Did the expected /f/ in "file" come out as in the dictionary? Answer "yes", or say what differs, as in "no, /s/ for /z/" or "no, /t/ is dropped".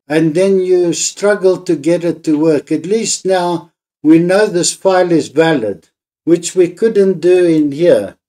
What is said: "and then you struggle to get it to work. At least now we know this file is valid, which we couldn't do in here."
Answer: no, /p/ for /f/